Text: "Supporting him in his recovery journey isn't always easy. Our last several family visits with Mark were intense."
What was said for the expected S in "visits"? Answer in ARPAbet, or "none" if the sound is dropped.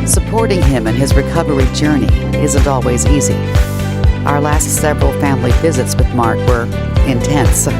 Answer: S